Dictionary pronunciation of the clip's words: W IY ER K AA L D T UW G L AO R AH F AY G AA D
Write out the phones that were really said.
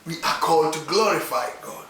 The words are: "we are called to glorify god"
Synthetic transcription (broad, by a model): W IY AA K AA L D T UW G L AO R AH F AY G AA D